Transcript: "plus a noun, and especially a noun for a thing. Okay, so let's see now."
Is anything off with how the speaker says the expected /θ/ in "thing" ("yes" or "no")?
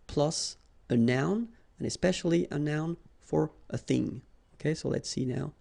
no